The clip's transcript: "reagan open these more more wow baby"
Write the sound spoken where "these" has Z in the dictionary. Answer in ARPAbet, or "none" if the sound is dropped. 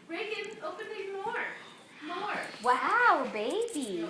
none